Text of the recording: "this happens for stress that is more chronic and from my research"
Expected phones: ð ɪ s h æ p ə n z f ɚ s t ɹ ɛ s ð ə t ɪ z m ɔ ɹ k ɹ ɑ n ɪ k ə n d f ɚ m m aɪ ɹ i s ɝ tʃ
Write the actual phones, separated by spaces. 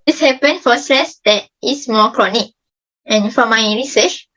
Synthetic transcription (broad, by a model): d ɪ s h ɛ p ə n f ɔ s t ɹ ɛ s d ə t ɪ s m ɔ k ɹ ɑ n ɪ k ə n f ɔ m m aɪ ɹ i s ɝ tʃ